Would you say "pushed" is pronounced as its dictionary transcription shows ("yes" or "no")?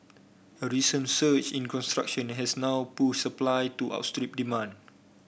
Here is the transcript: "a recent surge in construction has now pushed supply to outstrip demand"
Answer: no